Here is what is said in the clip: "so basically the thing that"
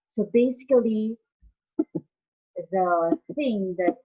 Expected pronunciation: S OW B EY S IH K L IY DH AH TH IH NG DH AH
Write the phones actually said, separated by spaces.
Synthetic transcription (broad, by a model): S OW B EY S IH K L IY DH AH TH IH NG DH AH